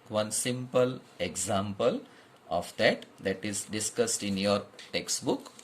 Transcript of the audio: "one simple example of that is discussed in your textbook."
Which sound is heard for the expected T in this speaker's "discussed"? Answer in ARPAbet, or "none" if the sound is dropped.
T